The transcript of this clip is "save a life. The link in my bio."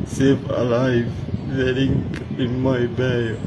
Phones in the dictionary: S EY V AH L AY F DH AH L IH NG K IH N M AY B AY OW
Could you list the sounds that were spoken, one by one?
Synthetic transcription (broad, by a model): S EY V AH L AY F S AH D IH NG IH N M AY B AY